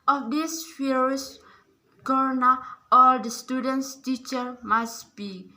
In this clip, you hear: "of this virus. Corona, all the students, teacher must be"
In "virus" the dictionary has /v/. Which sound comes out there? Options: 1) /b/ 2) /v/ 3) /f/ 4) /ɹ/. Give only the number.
3